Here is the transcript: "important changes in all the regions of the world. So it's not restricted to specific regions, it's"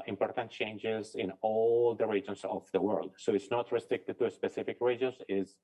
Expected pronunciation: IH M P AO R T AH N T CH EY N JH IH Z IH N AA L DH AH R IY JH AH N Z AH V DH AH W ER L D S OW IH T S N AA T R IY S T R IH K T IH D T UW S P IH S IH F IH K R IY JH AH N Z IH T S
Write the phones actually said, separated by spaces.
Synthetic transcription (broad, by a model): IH M P AO R T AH N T CH EY N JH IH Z IH N AA L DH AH R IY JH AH N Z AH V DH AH W ER L D S OW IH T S N AA T R IY S T R IH K T IH D T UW S P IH S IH F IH K R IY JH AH N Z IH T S